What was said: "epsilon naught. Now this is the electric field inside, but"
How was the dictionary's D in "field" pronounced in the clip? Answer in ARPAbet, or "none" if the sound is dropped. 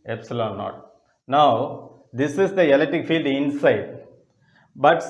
D